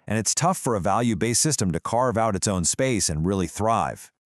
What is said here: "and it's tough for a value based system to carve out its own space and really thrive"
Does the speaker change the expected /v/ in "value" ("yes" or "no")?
no